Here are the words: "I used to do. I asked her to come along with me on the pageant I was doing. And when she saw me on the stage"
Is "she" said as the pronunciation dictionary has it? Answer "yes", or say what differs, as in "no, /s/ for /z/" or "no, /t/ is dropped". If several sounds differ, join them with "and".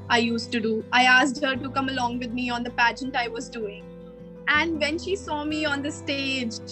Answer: yes